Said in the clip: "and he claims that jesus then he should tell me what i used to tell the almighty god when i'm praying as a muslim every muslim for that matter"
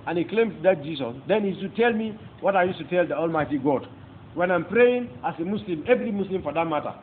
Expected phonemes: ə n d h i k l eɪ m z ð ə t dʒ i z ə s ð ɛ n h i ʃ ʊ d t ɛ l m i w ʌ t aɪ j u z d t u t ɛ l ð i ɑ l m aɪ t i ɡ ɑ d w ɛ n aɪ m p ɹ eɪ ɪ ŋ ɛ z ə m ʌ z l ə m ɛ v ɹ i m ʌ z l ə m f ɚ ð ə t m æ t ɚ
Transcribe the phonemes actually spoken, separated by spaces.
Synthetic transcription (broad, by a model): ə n h i k l eɪ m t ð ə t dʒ i s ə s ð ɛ n h i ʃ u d t ɛ l m i w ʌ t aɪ j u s t u t ɛ l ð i ɑ l m aɪ t i ɡ ɑ d w ɛ n aɪ m p ɹ eɪ ɪ ŋ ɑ s ə m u s l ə m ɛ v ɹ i m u s l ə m f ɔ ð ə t m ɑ t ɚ